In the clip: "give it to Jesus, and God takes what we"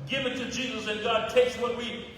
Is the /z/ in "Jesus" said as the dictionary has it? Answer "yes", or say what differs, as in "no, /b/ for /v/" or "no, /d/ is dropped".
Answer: yes